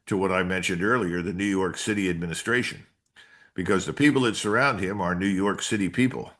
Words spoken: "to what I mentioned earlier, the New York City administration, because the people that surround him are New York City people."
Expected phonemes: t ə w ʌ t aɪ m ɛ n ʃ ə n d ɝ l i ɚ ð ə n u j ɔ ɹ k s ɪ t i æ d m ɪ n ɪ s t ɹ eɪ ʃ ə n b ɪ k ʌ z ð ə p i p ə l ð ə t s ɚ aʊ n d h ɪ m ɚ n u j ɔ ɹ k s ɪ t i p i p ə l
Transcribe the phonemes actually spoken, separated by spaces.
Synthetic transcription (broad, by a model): t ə w ʌ t aɪ m ɛ n ʃ ə n d ɝ l i ɚ ð ə n u j ɔ ɹ k s ɪ t i æ d m ɪ n ɪ s t ɹ eɪ ʃ ə n b ɪ k ʌ z ð ə p i p l ð ə t s ɚ aʊ n d h ɪ m ɚ n u j ɔ ɹ k s ɪ t i p i p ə l